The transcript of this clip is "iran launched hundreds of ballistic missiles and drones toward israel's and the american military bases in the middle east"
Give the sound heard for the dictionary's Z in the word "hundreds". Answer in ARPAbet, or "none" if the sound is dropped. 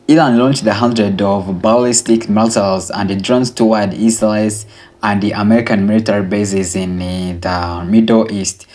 none